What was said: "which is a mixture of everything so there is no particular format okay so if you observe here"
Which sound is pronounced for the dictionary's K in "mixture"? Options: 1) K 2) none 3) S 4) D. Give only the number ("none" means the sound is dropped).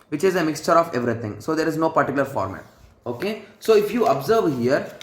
1